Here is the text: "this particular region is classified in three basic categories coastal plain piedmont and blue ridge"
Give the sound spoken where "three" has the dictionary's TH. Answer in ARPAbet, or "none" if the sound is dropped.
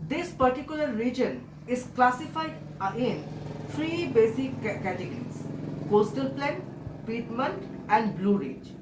F